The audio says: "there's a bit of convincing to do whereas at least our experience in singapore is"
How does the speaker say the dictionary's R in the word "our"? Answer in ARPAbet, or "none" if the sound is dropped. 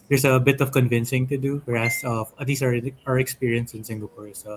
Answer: R